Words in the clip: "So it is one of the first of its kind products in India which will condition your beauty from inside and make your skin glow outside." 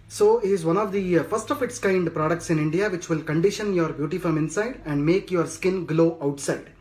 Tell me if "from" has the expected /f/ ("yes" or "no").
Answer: yes